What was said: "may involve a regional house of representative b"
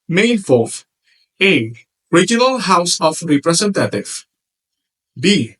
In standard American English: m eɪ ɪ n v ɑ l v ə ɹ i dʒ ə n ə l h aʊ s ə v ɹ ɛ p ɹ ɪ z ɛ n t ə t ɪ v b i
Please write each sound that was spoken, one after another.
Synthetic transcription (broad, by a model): m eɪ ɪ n f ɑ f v ə ɹ i dʒ ə n ə l h aʊ s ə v ɹ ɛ p ɹ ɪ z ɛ n t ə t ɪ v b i